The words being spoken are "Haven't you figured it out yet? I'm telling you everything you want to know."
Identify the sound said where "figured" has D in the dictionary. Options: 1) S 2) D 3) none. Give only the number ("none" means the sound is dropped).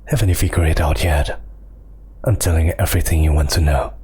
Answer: 3